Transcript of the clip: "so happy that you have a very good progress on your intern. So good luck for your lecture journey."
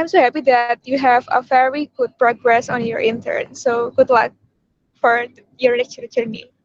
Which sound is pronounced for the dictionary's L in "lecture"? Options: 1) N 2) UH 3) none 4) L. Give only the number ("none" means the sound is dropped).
1